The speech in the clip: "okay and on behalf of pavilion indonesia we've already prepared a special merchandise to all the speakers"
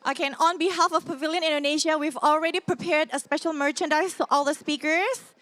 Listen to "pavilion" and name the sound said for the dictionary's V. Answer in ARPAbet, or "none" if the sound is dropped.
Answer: V